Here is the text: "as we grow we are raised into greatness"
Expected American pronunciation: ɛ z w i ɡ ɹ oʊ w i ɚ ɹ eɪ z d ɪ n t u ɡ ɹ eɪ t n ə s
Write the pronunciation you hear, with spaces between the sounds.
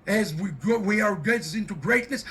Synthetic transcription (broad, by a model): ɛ z w i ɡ oʊ w i ɚ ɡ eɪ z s ɪ n t u ɡ ɹ eɪ t n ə s